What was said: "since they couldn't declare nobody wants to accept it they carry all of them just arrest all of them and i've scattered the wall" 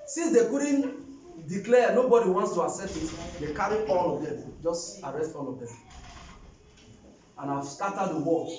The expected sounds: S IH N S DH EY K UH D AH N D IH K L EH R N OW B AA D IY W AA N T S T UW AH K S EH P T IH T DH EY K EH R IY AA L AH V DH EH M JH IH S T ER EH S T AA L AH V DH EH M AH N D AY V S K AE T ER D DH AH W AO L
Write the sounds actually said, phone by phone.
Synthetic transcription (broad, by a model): S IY N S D EY K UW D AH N D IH K L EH N OW B AA D IY W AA N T S T UW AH S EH T IH T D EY K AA R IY AA L AH V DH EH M JH IH S T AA EH S T AA L AH V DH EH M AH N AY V S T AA T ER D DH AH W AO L